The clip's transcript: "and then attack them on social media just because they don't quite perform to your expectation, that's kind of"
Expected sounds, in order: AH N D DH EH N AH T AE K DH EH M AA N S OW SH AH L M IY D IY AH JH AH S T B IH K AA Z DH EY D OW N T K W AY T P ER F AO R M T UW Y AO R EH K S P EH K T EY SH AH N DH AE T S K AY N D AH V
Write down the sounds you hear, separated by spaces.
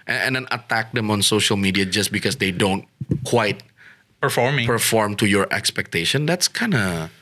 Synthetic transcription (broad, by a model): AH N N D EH N AH T AE K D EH M AA N S OW SH AH L M IY D IY AH JH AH S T B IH K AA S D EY D OW N T K W AY T P ER F AO R M T UW Y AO R EH K S P EH K T EY SH AH N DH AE T S K AY N D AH